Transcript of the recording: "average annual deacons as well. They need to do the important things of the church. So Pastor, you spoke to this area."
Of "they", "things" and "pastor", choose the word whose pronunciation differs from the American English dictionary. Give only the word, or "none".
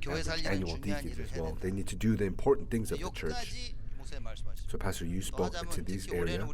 none